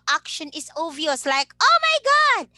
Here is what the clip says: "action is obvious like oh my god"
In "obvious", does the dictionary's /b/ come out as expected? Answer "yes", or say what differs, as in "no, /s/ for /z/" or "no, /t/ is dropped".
no, /b/ is dropped